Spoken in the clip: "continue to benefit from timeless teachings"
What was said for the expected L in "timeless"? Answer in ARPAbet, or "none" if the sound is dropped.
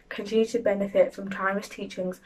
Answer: none